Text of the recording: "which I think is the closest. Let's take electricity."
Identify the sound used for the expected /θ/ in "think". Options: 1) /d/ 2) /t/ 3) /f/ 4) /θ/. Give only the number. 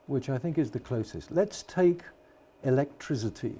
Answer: 4